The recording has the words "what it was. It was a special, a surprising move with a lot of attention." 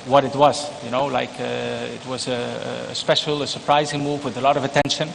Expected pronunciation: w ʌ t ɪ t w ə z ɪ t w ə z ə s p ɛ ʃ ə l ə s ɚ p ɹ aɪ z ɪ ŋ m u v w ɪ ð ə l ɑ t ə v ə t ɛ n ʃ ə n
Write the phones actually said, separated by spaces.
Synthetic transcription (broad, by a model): w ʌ t ɪ t w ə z ɪ t w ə z ə s p ɛ ʃ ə l ə s ɚ p ɹ aɪ z ɪ ŋ m u v w ɪ ð ə l ɑ t ə v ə t ɛ n ʃ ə n